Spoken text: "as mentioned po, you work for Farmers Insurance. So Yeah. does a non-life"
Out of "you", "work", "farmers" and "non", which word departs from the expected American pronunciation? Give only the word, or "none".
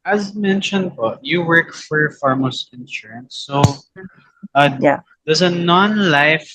farmers